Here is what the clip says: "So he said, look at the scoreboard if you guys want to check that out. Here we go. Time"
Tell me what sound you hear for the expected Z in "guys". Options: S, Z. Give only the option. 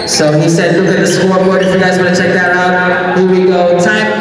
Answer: Z